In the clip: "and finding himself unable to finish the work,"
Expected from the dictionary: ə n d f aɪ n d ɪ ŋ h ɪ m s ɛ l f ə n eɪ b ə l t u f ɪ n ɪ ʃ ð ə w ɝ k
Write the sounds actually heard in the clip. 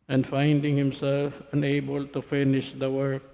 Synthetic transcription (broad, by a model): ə n d f aɪ n d ɪ ŋ h ɪ m s ɛ l f ə n eɪ b ə l t u f ɪ n ɪ ʃ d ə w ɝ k